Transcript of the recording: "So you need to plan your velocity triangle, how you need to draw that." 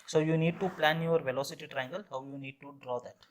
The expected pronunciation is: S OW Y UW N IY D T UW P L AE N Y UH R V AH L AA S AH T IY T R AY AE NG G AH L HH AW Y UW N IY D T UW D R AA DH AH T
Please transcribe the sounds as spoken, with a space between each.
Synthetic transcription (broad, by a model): S OW Y UW N IY D T UW P L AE N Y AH R V AH L AA S AH T IY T R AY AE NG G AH L HH AW Y UW N IY D T UW D R AA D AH T